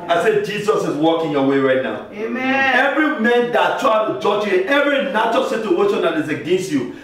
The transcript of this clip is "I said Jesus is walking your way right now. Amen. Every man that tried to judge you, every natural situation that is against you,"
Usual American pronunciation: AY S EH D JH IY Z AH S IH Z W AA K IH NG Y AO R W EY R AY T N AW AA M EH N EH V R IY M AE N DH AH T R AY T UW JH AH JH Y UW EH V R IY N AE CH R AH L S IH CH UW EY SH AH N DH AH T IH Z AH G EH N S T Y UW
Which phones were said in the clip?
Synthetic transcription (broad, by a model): AY S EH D JH IY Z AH S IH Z W AA K IH NG Y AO W EY R AY T N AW AA UH EH V R IY M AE N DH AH T R AY T UW JH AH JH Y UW EH V R IY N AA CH AH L S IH CH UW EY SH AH N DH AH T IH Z AH G EH N S T Y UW